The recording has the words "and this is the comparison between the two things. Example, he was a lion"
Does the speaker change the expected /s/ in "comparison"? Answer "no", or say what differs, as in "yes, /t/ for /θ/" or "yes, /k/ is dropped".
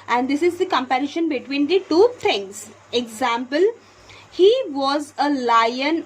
yes, /ʃ/ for /s/